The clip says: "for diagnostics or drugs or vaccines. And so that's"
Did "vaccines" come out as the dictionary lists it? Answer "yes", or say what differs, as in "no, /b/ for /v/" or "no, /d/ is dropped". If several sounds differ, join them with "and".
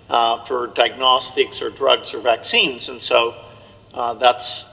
yes